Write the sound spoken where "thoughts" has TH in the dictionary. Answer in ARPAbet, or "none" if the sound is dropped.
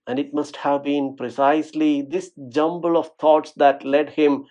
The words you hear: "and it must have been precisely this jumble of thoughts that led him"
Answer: T